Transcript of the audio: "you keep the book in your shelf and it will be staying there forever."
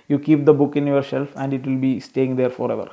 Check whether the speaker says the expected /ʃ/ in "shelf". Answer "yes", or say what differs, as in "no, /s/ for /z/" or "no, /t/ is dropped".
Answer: no, /s/ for /ʃ/